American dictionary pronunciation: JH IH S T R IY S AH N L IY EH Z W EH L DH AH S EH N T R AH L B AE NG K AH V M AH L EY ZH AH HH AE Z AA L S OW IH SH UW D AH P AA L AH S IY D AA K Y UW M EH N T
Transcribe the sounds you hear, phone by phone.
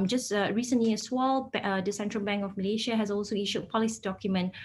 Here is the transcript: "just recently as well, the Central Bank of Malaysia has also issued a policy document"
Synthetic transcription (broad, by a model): JH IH S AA R IY S AH N L IY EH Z W EH L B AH S EH N T R AH L B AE NG K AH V M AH L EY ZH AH HH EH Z AA L S OW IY SH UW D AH P AA L AH S IY D AA K Y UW M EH N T